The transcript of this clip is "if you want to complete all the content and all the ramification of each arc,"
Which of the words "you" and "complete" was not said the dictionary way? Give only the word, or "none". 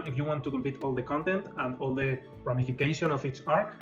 complete